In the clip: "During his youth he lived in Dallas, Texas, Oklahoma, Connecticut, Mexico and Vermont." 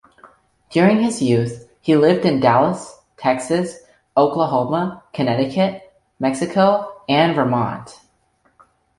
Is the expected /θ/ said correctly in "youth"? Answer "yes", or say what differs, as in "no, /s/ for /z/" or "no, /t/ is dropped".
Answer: yes